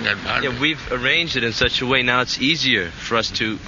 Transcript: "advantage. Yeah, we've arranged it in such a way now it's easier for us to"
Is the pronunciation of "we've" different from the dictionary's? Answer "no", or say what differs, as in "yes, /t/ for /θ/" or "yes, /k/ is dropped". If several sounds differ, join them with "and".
no